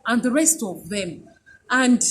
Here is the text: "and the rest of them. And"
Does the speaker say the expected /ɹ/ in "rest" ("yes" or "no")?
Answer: yes